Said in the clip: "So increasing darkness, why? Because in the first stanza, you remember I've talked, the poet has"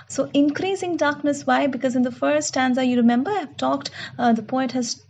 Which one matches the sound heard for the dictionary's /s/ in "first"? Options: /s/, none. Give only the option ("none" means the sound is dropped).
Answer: none